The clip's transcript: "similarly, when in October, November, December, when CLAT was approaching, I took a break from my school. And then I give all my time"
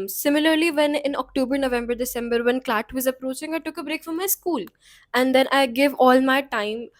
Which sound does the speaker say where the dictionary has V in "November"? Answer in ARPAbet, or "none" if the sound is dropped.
V